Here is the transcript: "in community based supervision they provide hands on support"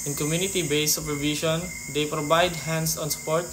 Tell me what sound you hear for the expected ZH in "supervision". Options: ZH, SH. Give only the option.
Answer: SH